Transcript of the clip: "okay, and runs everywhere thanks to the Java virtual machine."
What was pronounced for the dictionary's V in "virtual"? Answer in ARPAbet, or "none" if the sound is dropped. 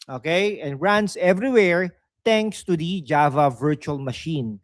V